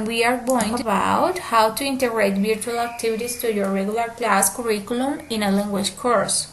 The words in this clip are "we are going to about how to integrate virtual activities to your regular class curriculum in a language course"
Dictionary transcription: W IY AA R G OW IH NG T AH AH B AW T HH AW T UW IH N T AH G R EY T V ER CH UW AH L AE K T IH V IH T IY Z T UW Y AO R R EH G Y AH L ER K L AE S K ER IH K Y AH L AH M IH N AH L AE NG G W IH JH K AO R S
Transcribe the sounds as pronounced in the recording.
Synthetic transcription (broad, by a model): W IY AA R G OW IH NG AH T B AW T HH AW T UW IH N T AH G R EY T B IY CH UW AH L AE K T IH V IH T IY S T UW Y AO R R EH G Y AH L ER K L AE S K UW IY K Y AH L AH M IH N AH L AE NG G W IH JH K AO R S